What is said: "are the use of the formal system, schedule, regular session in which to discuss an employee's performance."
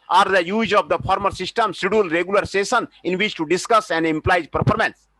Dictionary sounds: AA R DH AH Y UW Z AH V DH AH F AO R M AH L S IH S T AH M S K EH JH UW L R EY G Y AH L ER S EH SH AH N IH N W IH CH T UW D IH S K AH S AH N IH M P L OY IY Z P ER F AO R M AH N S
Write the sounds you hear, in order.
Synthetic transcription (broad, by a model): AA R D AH Y UW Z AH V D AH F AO R M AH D S IH S T AH M S IY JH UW L R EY G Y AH L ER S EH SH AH N IH N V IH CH T UW D IH S K AH S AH N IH M P L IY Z P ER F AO R M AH N S